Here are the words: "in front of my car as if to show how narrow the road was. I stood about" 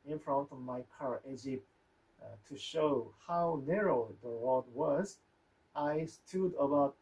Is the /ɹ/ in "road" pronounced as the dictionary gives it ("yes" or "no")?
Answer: no